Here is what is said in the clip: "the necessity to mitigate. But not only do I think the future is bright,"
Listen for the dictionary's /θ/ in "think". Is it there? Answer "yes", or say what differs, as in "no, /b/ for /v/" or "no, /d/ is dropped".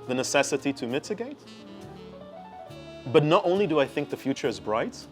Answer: yes